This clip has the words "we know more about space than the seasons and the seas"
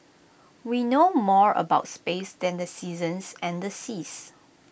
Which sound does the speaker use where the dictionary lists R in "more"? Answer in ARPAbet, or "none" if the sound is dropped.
R